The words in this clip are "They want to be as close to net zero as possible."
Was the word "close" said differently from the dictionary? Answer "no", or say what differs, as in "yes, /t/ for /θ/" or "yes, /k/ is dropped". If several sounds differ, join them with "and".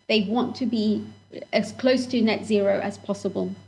no